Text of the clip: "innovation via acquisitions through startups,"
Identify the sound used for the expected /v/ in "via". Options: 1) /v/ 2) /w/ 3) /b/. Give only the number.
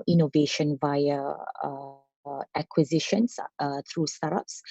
1